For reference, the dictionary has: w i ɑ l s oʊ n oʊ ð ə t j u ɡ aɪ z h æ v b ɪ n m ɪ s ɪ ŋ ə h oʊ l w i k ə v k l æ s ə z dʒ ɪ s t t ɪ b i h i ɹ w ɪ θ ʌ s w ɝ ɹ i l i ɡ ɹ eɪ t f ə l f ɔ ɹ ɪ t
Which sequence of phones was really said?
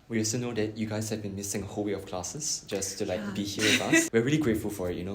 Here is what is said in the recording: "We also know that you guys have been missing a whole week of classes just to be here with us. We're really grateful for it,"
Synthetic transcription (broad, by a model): w i ɑ l s oʊ n oʊ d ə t j u ɡ aɪ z h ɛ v b ɪ n m ɪ s ɪ ŋ ə h oʊ l w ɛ ə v k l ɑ s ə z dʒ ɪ s t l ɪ b i h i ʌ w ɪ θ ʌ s w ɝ ɹ i l i ɡ ɹ eɪ t f ə l f ɔ ɹ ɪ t